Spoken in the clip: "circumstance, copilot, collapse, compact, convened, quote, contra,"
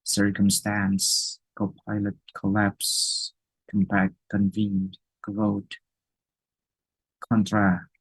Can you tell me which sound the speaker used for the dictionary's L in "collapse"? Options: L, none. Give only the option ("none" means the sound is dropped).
L